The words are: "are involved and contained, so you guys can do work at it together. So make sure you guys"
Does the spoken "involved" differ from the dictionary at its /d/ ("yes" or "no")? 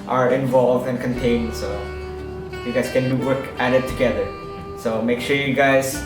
no